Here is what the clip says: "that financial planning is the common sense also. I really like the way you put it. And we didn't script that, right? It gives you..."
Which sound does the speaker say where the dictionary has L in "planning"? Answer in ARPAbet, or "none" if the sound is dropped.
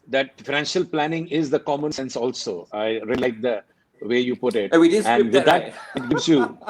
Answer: L